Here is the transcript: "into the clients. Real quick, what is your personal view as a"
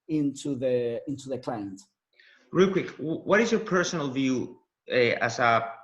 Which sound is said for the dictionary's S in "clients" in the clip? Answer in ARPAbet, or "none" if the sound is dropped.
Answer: none